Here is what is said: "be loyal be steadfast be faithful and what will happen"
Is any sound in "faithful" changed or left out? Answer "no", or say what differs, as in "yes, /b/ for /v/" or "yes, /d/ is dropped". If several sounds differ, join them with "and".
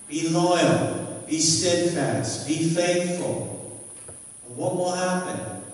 no